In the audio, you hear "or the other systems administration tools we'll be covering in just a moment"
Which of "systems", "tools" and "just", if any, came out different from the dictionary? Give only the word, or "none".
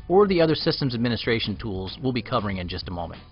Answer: none